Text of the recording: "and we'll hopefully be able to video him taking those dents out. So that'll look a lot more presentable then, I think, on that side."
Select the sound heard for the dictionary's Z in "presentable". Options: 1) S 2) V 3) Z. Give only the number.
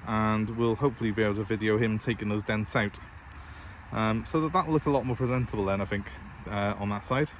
3